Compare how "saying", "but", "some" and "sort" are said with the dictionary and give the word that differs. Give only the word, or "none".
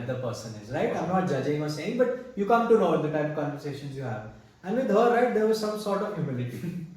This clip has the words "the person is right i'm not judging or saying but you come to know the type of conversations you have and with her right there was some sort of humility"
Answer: none